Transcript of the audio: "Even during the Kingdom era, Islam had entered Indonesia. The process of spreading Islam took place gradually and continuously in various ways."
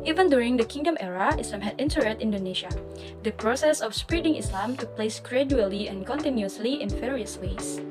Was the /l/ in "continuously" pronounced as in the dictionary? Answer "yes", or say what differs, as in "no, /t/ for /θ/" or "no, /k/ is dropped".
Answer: yes